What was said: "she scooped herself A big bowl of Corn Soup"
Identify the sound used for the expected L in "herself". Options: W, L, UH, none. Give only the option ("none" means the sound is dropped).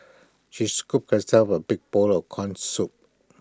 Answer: none